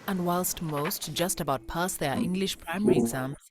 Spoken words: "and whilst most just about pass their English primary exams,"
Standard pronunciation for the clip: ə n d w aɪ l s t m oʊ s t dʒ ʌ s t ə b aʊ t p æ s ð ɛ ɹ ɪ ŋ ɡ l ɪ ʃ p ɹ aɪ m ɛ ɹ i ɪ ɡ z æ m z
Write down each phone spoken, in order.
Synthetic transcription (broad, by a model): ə n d w aɪ l s t m oʊ s t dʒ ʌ s t ə b aʊ t p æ s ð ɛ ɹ ɪ ŋ ɡ l ɪ ʃ p ɹ aɪ m ɛ ɹ i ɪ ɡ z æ m